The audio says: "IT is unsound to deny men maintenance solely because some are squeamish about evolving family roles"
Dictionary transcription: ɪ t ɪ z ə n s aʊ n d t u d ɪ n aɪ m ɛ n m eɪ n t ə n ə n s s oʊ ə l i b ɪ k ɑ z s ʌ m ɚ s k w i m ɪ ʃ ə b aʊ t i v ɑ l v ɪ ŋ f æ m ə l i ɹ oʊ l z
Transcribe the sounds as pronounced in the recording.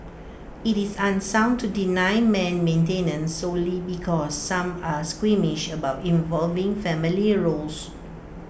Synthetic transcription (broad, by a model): ɪ t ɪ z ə n s aʊ n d t u d ɪ n aɪ m ɛ n m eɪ n t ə n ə n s s oʊ l i b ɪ k ɑ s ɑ m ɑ s k w i m ɪ ʃ ə b aʊ t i v ɑ l v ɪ ŋ f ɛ m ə l i ɹ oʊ l s